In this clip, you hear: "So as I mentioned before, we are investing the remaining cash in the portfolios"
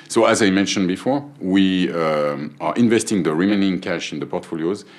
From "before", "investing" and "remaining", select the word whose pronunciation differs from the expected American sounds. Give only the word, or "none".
none